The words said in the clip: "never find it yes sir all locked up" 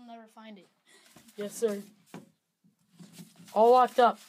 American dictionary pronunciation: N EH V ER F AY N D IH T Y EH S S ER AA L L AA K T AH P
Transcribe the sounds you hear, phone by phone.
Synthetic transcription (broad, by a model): N EH V ER F AY N D IH T Y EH S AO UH AA L W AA K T AH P